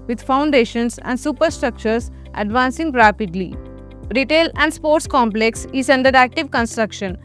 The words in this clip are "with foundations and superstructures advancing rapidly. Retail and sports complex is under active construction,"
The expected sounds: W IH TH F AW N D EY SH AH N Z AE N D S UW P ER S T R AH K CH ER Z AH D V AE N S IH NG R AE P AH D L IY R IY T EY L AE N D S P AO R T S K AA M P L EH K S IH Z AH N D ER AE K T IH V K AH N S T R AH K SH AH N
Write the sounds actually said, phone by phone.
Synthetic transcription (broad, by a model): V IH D F AW N D EY SH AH N S AE N D S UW P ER S T R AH K CH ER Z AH D V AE N S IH NG R AE P AH D L IY R IY T EY L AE N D S P AO R T S K AA M P L EH K S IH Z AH N D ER AE K T IH V K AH N S T R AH K SH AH N